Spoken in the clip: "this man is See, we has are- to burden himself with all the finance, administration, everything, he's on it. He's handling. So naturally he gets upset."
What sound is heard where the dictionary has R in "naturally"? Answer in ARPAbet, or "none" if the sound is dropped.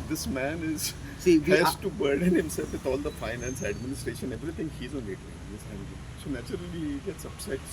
none